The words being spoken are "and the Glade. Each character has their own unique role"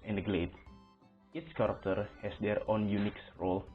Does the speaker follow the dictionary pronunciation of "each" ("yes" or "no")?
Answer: no